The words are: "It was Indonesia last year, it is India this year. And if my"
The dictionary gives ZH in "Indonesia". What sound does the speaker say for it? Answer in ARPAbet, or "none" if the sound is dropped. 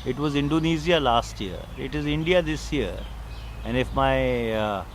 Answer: Z